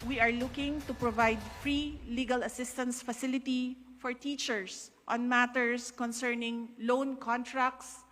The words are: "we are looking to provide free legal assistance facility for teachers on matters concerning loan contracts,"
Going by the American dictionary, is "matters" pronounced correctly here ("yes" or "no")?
no